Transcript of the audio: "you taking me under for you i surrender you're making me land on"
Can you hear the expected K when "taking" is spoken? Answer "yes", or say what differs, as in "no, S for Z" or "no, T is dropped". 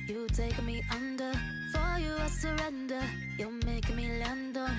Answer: no, K is dropped